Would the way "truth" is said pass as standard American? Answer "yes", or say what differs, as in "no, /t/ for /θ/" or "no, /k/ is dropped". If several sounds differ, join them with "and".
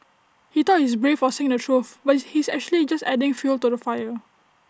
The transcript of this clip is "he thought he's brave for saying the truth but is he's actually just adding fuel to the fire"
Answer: no, /f/ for /θ/